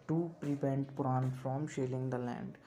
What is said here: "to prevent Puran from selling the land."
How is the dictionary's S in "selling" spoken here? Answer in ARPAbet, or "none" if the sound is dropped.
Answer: SH